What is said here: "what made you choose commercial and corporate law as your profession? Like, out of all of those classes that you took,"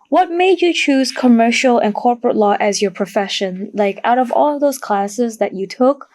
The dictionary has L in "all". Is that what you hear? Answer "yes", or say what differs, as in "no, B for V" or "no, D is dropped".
yes